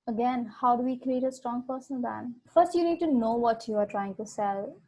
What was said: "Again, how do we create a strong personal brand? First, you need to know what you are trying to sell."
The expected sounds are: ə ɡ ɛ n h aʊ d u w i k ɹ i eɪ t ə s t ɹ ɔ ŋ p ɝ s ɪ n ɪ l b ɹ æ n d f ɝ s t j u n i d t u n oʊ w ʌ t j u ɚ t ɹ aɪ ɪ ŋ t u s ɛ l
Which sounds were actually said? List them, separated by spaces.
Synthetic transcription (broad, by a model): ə ɡ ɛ n h aʊ d u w i k ɹ i eɪ t ə s t ɹ ɔ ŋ p ɝ s ɪ n ɪ l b æ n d f ɝ s t j u n i d t u n oʊ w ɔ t j u ɚ t ɹ aɪ ɪ ŋ t u s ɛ l